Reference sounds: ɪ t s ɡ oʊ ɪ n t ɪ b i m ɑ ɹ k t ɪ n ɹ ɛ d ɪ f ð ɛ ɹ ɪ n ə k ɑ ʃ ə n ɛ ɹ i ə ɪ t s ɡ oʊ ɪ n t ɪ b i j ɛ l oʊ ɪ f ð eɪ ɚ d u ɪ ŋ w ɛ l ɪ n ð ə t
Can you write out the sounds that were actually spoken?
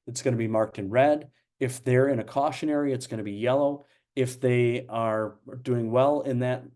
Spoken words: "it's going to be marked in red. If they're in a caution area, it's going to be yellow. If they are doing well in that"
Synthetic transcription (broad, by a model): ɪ t s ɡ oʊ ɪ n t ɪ b i m ɑ ɹ k t ɪ n ɹ ɛ d ɪ f ð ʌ ɹ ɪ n ə k ɑ ʃ ə n ɛ ɹ i ə ɪ t s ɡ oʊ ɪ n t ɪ b i j ɛ l oʊ ɪ f ð eɪ ɚ d u ɪ ŋ w ɛ l ɪ n ð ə t